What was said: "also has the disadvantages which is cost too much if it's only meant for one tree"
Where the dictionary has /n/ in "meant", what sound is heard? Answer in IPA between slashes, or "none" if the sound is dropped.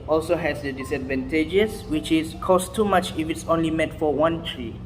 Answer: none